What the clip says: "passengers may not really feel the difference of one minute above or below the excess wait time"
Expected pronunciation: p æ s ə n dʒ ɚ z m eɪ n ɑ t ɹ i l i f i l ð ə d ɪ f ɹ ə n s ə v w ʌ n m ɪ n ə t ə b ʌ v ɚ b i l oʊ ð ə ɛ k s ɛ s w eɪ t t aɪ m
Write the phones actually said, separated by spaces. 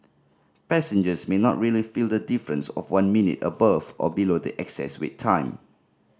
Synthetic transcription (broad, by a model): p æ s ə n dʒ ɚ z m eɪ n ɑ t ɹ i l i f i l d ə d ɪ f ɹ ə n s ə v w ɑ n m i n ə t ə b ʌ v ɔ b i l oʊ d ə ɛ k s ɛ s w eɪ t t aɪ m